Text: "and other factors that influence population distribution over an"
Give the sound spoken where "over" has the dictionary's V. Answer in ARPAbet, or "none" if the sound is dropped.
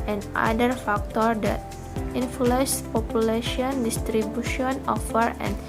F